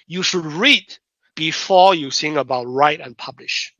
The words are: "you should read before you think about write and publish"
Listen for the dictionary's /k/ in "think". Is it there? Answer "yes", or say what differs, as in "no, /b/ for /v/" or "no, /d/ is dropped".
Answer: no, /k/ is dropped